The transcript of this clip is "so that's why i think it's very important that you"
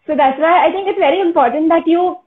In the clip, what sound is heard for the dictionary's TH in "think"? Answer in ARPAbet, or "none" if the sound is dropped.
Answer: T